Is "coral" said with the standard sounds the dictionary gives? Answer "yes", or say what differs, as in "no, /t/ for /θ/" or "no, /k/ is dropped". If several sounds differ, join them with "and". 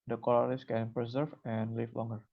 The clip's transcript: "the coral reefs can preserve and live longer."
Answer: no, /l/ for /ɹ/